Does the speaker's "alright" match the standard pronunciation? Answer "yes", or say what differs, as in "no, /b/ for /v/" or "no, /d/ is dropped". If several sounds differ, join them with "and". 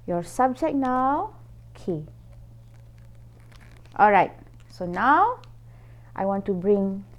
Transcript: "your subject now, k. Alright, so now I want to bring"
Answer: yes